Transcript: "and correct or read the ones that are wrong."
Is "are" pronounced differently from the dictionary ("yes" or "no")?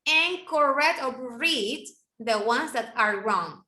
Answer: no